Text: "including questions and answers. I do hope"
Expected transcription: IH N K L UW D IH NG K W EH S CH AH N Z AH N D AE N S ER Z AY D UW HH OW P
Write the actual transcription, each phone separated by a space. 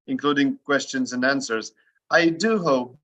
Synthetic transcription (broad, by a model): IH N K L UW D IH NG K W EH S CH AH N Z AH N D AE N S ER Z AY D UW HH OW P